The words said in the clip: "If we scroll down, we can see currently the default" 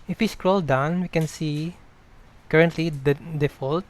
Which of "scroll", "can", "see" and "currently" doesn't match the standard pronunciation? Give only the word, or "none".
none